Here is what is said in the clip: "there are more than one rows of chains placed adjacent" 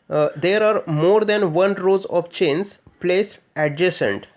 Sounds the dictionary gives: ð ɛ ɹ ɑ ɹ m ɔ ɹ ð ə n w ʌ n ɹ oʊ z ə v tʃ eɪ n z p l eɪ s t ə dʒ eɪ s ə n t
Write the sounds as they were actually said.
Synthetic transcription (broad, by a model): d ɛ ɹ ɑ ɹ m ɔ ɹ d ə n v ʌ n ɹ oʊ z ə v tʃ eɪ n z p l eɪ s ə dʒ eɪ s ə n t